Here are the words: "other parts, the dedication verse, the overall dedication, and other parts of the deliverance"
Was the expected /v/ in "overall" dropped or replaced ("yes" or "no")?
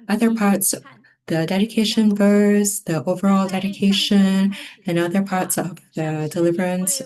no